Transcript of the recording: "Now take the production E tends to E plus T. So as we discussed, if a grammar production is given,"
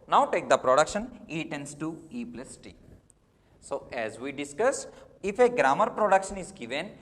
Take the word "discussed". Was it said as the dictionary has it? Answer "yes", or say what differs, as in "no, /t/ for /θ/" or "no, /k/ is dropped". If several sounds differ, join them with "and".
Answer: no, /t/ is dropped